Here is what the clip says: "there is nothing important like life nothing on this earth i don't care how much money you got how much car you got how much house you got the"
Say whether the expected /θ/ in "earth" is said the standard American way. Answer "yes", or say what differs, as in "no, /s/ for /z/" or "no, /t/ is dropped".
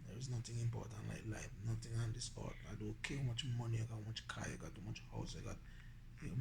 no, /t/ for /θ/